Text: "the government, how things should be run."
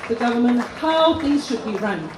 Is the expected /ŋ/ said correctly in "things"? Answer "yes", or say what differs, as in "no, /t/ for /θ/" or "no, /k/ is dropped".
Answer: no, /ŋ/ is dropped